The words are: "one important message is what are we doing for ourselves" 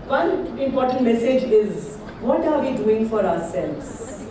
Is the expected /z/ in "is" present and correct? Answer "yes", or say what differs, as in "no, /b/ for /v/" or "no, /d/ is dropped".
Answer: yes